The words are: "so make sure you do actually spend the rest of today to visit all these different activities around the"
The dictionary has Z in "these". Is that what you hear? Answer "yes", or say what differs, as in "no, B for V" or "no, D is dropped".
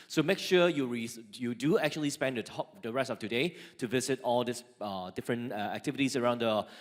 no, S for Z